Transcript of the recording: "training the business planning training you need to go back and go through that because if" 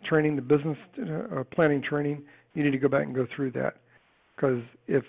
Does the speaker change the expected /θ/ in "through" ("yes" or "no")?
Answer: no